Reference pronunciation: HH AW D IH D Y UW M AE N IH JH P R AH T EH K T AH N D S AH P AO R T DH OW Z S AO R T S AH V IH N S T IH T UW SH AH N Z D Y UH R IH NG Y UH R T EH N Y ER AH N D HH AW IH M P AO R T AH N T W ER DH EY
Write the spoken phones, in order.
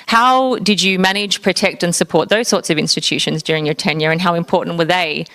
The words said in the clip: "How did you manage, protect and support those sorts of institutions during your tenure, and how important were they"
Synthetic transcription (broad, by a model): HH AW D IH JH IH M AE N IH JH P R AH T EH K T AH N S AH P AO R T DH OW Z S AO R T S AH V IH N S T IH T UW SH AH N Z D Y UH R IH NG Y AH R T EH N Y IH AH N HH AW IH M P AO R T N T W ER DH EY